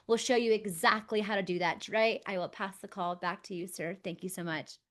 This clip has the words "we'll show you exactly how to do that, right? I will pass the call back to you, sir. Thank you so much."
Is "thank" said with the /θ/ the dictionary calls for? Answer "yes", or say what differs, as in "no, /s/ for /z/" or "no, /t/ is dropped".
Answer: yes